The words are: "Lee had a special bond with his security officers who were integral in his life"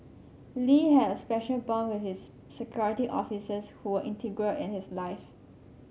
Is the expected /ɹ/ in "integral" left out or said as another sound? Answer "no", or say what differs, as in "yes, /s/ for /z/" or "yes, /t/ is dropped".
no